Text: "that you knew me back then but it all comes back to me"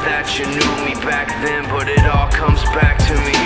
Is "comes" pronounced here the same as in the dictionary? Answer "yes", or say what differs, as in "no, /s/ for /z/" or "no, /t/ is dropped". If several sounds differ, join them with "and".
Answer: yes